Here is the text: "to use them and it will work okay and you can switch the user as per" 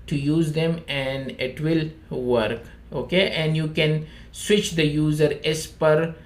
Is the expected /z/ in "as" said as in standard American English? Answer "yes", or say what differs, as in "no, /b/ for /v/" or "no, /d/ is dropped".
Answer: no, /s/ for /z/